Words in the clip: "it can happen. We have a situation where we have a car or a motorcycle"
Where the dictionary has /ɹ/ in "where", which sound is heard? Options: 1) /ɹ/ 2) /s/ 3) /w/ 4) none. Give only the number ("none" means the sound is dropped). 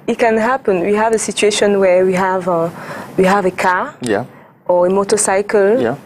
3